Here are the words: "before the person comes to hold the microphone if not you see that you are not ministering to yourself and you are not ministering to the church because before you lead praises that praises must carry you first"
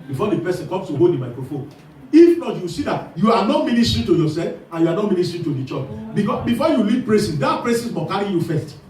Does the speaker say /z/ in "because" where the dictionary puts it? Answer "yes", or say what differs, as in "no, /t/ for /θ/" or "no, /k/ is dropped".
no, /z/ is dropped